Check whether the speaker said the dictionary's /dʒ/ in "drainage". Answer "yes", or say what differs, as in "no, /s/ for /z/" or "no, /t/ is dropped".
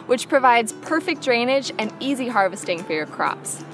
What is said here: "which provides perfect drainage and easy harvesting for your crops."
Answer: yes